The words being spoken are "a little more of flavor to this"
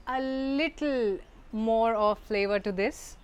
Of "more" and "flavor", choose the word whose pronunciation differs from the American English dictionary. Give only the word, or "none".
none